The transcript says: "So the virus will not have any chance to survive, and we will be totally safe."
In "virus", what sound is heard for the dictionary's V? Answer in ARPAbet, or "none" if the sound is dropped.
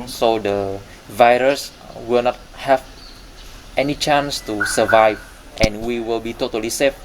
V